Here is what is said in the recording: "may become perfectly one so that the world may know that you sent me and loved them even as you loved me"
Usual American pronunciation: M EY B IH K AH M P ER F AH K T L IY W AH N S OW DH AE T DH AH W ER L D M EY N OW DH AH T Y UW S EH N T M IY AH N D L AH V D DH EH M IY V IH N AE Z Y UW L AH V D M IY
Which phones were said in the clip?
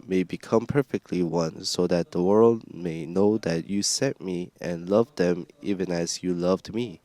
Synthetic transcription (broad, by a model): M EY B IH K AH M P ER F AH K T L IY W AH N S OW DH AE T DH AH W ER L D M EY N OW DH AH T Y UW S EH T M IY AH N L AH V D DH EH M IY V IH N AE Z Y UW L AH V D M IY